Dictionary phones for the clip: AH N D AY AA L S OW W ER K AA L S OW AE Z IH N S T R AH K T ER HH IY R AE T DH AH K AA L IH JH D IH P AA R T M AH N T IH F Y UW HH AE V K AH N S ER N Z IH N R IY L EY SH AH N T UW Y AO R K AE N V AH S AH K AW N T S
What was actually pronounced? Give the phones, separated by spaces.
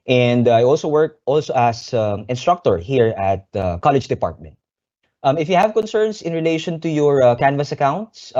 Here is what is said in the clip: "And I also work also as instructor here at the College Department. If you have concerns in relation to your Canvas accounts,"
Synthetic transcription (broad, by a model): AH N D AY AA L S OW W ER K AA L S OW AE S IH N S T R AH K T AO HH IY R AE T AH K AA L IH JH D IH P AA R T M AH N T IH F Y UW HH AE V K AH N S ER N S IH N R IY L EY SH AH N T UW Y AO R K AE N V AH S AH K AW N T S